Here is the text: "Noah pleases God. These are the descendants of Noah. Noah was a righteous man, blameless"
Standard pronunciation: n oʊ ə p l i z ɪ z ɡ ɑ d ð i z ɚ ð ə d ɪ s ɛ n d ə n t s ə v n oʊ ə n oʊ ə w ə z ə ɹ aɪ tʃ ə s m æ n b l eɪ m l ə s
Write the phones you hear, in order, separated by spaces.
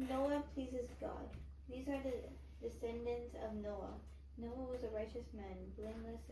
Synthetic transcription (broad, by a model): n oʊ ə p l i z ɪ z ɡ ɑ d ð i z ɚ ð ə d ɪ s ɛ n d ə n t s ə v n oʊ ə n oʊ ə w ə z ə ɹ aɪ tʃ ə s m æ n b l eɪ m l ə s